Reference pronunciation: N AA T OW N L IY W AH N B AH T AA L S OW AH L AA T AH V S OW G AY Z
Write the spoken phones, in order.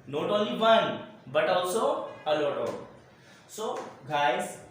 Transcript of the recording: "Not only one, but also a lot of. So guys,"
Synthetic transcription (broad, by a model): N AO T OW L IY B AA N B AH T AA W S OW AH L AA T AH S OW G AY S